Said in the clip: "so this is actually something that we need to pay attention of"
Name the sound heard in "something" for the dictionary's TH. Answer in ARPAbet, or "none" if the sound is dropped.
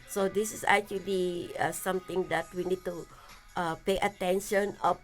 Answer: T